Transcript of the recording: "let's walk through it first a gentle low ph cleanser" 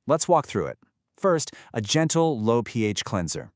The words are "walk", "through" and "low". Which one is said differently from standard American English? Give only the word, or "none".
none